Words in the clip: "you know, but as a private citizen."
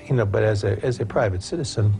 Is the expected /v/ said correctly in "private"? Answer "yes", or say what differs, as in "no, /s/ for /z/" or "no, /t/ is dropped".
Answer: yes